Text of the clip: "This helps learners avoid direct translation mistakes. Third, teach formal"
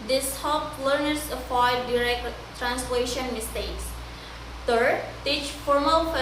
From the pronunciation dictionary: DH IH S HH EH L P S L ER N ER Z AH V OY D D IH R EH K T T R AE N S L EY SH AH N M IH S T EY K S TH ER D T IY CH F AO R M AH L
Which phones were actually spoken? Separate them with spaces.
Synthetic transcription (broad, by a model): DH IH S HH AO P L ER N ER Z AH F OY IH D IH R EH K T T R AE N S L EY SH AH N M IH S T EY K S T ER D T IY CH F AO R M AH L